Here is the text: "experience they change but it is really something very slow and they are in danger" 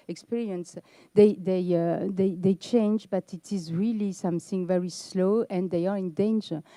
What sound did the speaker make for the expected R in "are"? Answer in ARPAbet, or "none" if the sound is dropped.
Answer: R